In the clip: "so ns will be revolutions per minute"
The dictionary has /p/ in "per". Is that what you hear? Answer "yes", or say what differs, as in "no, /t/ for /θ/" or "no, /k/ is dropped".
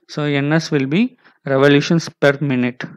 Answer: yes